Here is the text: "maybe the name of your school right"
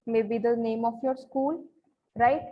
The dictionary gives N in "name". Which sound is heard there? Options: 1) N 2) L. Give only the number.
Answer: 1